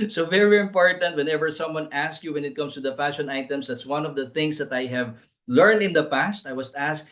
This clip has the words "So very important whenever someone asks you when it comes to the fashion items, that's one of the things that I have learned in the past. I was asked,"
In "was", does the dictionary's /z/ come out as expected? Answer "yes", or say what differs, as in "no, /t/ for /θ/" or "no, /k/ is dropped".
no, /s/ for /z/